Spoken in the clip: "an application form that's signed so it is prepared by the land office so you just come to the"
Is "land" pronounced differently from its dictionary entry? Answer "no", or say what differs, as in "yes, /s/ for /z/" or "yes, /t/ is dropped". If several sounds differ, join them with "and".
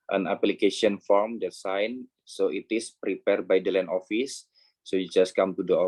yes, /d/ is dropped